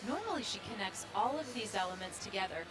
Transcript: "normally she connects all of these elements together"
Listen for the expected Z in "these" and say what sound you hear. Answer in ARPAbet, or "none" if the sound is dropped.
Z